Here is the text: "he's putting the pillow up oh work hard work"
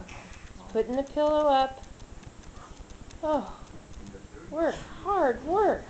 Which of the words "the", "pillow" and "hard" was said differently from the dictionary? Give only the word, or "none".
none